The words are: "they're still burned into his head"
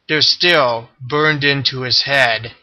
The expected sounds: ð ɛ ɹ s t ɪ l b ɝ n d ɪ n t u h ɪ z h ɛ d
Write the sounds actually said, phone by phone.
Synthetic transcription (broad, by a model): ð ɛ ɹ s t ɪ l b ɝ n d ɪ n t u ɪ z h ɛ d